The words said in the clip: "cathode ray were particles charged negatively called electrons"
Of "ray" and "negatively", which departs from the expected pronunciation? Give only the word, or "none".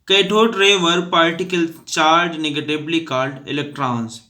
negatively